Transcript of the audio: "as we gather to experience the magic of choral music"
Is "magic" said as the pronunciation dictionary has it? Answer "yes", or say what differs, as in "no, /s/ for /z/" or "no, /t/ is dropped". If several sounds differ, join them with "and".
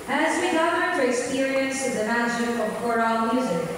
no, /k/ is dropped